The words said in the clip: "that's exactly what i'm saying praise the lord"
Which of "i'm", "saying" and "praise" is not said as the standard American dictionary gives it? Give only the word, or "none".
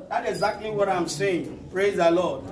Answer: none